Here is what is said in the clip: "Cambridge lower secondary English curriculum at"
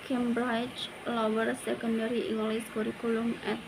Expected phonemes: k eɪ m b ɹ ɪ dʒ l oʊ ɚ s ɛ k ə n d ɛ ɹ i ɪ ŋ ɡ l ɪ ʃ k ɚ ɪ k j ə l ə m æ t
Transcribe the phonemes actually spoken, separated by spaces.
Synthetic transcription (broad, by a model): k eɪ m b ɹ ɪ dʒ l oʊ ɚ s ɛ k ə n d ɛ ɹ i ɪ ŋ ɡ l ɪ s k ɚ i k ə l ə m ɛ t